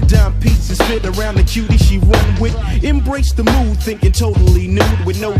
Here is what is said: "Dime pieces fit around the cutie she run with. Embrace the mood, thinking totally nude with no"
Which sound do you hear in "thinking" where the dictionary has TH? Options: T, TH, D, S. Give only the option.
TH